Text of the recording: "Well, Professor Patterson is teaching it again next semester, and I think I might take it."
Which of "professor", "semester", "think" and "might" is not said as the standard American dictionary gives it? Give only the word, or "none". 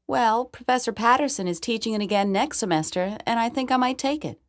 none